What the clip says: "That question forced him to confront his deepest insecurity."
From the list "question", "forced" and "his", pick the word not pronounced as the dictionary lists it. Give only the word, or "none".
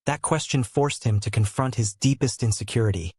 none